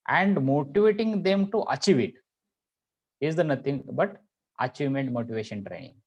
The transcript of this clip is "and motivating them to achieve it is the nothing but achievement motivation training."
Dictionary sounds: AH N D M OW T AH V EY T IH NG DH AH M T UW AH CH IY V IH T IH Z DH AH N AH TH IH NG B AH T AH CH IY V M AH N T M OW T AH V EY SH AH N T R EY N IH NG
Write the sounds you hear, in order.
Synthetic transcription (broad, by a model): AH N D M OW T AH V EY T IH NG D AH M T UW AH CH IY V IH T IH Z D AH N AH T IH NG B AH T AH CH IY V M AH N T M OW T AH V EY SH AH N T R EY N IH NG